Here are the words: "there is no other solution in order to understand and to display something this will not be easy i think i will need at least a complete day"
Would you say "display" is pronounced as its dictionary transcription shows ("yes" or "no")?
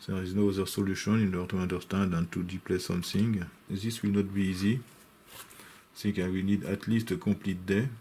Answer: no